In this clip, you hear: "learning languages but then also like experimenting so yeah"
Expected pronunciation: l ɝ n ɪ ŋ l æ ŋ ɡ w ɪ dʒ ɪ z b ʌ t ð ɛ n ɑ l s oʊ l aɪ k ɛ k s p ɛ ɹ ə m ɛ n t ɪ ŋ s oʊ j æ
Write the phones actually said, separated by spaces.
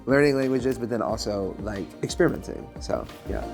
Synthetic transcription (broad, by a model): l ɝ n ɪ ŋ l æ ŋ ɡ w ɪ dʒ ɪ z b ʌ t ð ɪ n ɑ l s oʊ l aɪ k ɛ k s p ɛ ɹ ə m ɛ n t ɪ ŋ s oʊ j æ